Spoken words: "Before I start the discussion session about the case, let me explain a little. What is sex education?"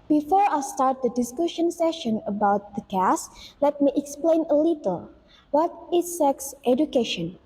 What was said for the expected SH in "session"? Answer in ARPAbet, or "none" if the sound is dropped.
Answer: SH